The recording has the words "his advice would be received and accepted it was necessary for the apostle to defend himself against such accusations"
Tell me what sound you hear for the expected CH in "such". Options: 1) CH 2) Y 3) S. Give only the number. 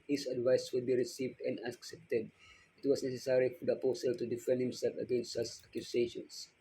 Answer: 3